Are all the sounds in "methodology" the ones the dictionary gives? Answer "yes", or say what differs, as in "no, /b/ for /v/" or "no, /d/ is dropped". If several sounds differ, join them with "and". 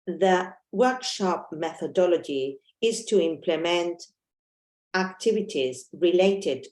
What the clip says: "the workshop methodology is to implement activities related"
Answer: yes